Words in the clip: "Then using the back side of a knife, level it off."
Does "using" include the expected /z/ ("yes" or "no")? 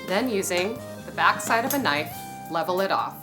yes